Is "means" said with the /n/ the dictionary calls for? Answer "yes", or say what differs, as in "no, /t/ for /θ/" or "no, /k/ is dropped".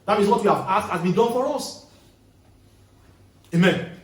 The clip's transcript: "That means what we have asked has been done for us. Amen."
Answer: no, /n/ is dropped